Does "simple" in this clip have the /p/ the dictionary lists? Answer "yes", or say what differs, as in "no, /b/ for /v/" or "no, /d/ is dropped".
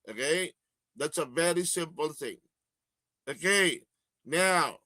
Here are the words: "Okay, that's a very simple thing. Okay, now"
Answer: yes